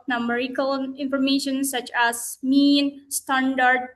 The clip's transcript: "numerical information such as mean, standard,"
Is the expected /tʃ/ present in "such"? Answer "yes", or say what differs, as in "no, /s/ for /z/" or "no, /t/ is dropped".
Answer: yes